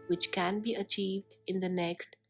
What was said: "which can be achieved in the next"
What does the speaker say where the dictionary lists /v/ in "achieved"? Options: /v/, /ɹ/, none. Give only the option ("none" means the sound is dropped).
/v/